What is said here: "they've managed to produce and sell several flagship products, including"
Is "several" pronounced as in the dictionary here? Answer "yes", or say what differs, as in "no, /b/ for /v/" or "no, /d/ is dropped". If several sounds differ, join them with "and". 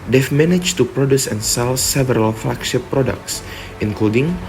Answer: yes